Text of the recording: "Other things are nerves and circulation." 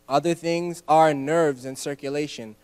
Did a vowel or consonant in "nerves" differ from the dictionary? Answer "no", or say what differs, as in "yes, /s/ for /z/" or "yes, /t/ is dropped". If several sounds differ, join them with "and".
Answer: no